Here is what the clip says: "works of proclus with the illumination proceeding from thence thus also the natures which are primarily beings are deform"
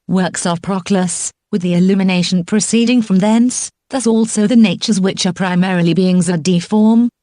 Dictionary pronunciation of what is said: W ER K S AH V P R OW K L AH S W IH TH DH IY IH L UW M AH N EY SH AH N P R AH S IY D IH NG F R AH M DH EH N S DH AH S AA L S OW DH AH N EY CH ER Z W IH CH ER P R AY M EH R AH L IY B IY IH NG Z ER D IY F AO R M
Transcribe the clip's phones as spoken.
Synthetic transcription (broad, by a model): W ER K S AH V P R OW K L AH S W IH DH IY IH L UW M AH N EY SH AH N P R AH S IY D IH NG F R AH M DH EH N S DH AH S AA L S OW DH AH N EY CH ER Z W IH CH ER P R AY M EH R AH L IY B IY IH NG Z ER D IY F AO R M